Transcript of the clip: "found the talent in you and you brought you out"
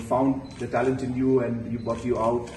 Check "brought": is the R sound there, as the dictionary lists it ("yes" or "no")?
no